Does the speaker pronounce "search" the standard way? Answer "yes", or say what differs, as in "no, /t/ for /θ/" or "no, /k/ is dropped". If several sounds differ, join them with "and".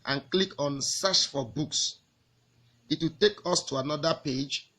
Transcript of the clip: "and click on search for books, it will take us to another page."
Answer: no, /ʃ/ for /tʃ/